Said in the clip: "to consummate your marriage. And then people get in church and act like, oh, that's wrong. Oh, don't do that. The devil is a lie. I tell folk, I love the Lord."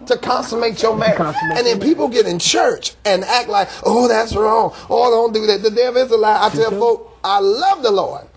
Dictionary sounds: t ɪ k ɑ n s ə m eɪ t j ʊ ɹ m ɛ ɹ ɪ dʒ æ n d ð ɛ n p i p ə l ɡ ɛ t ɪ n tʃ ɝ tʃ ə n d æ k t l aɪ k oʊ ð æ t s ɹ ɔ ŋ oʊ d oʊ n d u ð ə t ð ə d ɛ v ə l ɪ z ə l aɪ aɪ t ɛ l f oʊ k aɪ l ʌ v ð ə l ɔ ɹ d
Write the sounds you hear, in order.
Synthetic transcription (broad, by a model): t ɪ k ɑ n s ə m eɪ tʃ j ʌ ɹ m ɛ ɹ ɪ n ð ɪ n p i p l ɡ ɛ t ɪ n tʃ ɝ tʃ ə n æ k t l aɪ k oʊ ð æ t s ɹ ɔ ŋ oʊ d oʊ n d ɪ ð ə t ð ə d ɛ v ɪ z ə l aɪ aɪ t ɛ l f oʊ k aɪ l ʌ v ð ə l ɔ ɹ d